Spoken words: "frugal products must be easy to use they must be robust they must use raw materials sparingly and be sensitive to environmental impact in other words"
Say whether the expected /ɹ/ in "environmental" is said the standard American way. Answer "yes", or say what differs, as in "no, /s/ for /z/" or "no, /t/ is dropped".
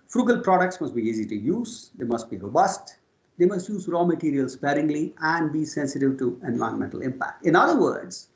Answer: no, /ɹ/ is dropped